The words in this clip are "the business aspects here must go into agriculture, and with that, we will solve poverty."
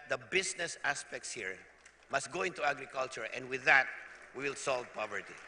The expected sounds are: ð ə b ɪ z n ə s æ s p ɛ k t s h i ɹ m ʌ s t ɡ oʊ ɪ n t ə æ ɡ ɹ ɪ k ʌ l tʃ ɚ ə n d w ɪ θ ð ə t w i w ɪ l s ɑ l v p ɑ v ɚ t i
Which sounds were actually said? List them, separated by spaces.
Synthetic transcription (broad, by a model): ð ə b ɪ s n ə s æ s p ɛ k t s h i ɹ m ʌ s t ɡ oʊ ɪ n t ə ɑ ɡ ɹ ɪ k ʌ l tʃ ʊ ə n d w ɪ ð ə t w i w ɪ l s ɑ l v p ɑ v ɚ t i